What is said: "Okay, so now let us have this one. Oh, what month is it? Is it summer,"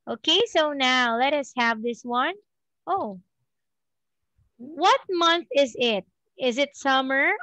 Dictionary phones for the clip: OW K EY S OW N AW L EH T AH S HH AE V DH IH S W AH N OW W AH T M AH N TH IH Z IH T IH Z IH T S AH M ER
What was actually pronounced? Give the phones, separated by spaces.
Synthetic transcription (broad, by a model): OW K EY S OW N AW L EH T AH S HH AE V DH IH S W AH N OW W AH T M AH N TH IH Z IH T IH Z IH T S AH M ER